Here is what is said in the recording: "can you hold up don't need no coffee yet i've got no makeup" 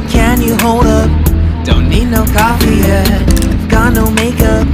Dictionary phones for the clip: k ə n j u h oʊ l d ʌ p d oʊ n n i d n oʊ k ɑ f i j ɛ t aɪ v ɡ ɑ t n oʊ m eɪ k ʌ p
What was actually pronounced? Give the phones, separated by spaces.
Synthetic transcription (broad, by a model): k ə n j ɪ h oʊ l d ʌ p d oʊ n n i d n oʊ k ɑ f i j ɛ aɪ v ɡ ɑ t n oʊ m eɪ k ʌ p